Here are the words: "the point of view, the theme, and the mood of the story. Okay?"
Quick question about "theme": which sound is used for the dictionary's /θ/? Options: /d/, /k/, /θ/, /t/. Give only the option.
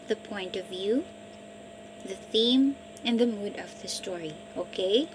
/θ/